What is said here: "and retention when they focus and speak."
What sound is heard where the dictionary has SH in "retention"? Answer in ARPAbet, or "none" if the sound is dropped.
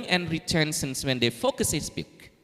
S